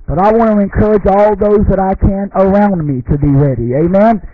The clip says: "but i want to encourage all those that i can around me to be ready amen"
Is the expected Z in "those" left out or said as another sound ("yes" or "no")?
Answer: no